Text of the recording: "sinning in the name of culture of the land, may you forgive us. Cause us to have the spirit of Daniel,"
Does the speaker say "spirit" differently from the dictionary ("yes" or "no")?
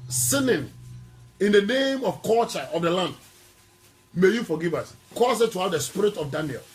no